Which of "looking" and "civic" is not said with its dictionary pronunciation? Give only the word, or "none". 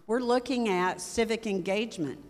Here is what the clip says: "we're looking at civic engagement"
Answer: none